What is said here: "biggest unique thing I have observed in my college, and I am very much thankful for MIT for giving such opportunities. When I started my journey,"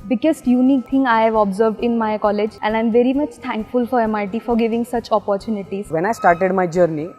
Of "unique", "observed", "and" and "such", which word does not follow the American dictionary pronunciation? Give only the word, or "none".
none